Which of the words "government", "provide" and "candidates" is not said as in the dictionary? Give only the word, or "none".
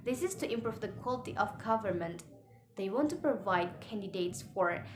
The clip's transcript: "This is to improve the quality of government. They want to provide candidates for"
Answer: none